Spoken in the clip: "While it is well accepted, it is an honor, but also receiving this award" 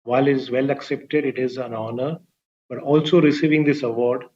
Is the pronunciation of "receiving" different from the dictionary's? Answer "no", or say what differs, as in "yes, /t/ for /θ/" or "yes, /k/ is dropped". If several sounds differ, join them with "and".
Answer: no